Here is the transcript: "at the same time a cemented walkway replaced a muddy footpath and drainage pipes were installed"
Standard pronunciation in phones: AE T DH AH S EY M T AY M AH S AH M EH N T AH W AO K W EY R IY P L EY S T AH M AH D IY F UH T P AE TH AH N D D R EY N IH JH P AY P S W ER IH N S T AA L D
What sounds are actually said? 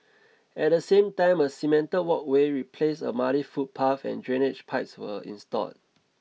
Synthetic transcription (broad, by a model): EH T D AH S EY M T AY M AH S AH M EH N T AH W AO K W EY R IY P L EY S AH M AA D IY F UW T P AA F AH N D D R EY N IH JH P AY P S W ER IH N S T AA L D